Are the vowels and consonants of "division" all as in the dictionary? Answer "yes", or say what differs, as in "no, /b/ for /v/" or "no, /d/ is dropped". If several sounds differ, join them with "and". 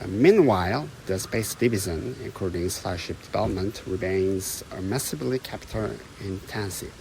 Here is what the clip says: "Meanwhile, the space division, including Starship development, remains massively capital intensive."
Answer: no, /z/ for /ʒ/